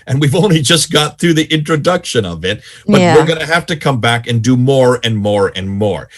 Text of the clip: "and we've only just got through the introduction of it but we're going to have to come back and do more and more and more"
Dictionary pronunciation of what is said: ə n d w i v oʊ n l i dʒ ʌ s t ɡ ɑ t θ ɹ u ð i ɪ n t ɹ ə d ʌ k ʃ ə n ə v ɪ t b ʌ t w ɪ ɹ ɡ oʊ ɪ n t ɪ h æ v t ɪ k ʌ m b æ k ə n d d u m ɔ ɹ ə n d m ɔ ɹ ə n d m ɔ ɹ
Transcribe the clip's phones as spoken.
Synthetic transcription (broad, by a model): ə n w i v oʊ n l i dʒ ʌ s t ɡ ɑ t θ ɹ u ð i ɪ n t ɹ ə d ʌ k ʃ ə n ə v ɪ t b ʌ t w ɪ ɹ ɡ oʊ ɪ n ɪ h æ f t ɪ k ʌ m b æ k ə n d d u m ɔ ɹ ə n m ɔ ɹ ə n m ɔ ɹ